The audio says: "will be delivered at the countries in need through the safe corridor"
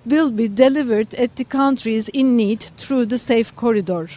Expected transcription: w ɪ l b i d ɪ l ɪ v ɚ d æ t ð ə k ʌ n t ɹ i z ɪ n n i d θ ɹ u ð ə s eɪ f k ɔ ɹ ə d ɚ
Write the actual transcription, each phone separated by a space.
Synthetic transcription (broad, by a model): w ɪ l b i d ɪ l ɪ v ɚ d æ t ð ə k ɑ n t ɹ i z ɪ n n i d t ɹ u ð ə s eɪ f k ɔ ɹ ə d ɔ